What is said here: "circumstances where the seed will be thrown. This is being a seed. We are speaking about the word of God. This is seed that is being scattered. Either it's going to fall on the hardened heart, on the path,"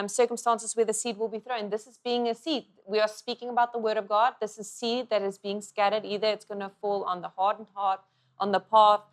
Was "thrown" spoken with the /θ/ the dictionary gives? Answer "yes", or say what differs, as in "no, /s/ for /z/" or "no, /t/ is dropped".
yes